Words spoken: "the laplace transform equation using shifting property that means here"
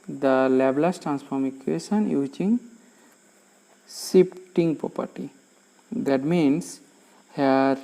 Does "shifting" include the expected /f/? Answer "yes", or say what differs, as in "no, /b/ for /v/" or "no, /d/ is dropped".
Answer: no, /p/ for /f/